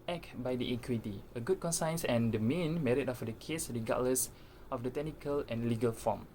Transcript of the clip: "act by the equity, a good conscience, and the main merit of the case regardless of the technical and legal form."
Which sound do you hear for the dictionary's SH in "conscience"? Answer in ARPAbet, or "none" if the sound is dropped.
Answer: S